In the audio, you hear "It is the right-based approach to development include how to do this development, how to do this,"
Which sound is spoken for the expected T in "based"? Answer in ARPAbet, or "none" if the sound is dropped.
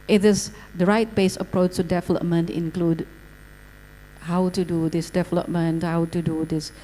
none